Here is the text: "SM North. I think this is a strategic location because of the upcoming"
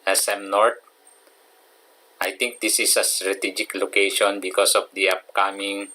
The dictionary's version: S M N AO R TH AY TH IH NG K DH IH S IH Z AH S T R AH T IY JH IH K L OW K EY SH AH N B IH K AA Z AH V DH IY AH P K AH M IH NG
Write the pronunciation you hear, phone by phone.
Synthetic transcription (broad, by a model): S M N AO R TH AY T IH NG K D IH S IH S AH S T R AH T IY JH IH K L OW K EY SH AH N B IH K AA S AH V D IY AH P K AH M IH NG